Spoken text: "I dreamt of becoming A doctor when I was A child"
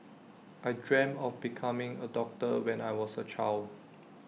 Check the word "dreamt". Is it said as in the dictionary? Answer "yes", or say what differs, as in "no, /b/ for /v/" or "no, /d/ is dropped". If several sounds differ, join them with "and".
no, /t/ is dropped